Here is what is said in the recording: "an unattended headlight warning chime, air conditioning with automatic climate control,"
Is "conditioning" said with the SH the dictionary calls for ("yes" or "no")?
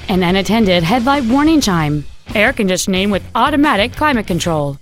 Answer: no